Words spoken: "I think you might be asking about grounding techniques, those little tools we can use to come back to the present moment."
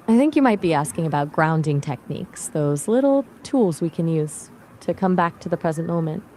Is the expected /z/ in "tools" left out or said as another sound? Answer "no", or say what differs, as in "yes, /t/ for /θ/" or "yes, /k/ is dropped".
no